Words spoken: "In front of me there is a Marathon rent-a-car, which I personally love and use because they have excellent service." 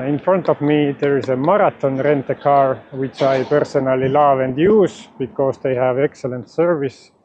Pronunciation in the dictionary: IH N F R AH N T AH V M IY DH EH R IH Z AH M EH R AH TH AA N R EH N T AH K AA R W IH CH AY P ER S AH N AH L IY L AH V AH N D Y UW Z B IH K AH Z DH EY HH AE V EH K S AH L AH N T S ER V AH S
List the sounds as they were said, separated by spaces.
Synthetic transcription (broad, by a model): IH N F R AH N T AH V M IY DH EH R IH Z AH M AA R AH T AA N R EH N T AH K AA R W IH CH AY P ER S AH N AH L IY L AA V AH N D Y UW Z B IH K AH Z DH EY HH AE V EH K S AH L AH N T S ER V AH S